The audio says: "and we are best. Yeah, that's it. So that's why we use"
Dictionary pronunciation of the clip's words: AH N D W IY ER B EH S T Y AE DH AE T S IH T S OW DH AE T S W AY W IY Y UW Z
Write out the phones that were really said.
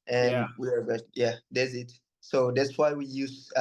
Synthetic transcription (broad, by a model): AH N W IY ER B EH T Y AE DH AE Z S IH T S OW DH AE T S W AY W IY Y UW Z